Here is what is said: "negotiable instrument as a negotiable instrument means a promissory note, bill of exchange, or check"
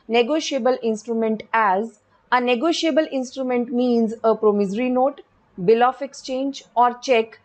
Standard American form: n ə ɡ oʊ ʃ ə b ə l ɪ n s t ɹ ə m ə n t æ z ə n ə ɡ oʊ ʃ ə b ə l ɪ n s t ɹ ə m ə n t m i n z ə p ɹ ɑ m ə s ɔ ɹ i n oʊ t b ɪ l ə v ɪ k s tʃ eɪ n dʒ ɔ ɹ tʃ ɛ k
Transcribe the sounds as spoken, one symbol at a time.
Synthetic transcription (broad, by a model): n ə ɡ oʊ ʃ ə b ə l ɪ n s t ɹ ə m ə n t æ z ə n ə ɡ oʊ ʃ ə b ə l ɪ n s t ɹ ə m ə n t m i n z ə p ɹ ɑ m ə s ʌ ɹ i n oʊ t b ɪ l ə f ɪ k s tʃ eɪ n dʒ ɔ ɹ tʃ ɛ k